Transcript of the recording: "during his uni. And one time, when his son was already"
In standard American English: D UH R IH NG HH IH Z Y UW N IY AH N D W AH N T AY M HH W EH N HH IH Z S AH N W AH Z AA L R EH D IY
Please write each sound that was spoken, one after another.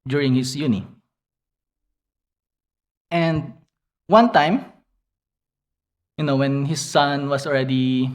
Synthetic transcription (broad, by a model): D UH R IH NG HH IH S Y UW N IY AH N D W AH N T AY M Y W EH N HH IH S AH N W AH S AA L R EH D IY